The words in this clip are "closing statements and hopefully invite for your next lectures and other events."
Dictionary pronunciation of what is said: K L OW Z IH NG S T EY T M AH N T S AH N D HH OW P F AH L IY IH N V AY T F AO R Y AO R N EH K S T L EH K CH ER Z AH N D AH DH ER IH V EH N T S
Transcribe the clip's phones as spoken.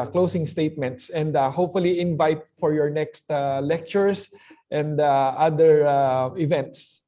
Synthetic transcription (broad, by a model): K L OW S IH NG S T EY T M AH N T S AH N D HH OW P F AH L IY IH N V AY T F AO R Y AO R N EH K S T L EH K CH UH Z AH N D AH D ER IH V EH N T S